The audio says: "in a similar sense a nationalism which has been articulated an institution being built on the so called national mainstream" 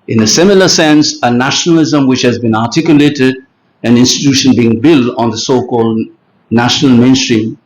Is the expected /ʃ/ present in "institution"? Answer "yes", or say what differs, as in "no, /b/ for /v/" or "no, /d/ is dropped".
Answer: yes